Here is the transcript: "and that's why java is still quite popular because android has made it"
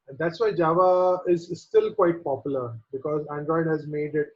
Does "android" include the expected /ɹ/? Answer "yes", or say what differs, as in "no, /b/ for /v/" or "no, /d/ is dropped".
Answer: yes